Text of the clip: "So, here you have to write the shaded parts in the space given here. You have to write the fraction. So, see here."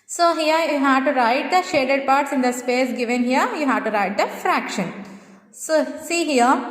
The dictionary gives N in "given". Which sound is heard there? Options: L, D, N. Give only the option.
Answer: N